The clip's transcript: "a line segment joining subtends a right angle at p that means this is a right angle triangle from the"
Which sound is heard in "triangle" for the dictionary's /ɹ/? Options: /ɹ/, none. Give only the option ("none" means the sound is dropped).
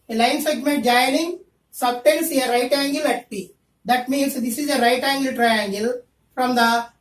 /ɹ/